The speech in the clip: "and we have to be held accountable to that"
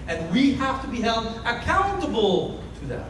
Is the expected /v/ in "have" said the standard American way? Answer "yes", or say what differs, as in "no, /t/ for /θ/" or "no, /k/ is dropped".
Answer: no, /f/ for /v/